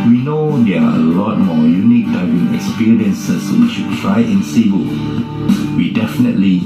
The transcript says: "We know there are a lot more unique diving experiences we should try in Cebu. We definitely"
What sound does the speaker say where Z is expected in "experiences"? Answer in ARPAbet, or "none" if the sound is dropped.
S